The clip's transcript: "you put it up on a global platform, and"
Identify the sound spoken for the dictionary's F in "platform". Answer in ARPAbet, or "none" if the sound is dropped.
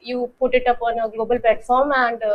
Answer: F